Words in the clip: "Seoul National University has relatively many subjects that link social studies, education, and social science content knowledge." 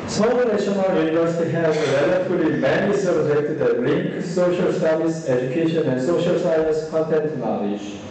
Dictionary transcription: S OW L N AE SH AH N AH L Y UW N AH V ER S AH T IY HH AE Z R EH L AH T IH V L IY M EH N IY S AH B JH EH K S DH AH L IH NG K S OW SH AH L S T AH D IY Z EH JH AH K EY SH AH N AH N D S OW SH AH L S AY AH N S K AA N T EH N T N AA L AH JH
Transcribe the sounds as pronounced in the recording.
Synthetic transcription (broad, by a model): S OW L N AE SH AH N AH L Y UW N AH V ER S AH T IY HH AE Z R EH L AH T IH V L IY M EH N IY S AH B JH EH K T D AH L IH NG K S OW SH AH L S T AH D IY S EH JH AH K EY SH AH N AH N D S OW SH AH L S AY AH N S K AA N T EH N T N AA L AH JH